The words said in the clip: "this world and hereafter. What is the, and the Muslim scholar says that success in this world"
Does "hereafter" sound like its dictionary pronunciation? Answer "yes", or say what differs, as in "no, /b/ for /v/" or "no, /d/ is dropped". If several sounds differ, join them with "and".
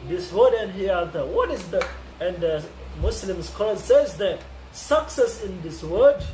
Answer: no, /ɹ/ is dropped